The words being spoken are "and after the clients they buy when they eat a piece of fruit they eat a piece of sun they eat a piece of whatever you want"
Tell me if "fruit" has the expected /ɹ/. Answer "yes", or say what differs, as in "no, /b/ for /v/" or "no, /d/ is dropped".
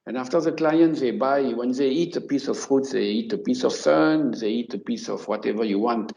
yes